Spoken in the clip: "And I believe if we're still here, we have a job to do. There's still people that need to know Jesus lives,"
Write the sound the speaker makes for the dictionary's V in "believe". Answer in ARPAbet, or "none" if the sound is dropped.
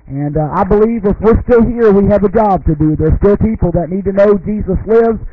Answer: V